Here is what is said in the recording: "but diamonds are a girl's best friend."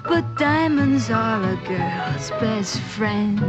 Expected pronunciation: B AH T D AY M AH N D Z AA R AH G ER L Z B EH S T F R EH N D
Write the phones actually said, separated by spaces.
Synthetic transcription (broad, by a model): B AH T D AY M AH N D Z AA L AH G ER L Z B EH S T F R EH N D